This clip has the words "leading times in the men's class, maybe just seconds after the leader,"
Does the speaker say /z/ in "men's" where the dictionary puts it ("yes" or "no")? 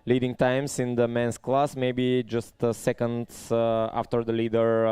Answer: no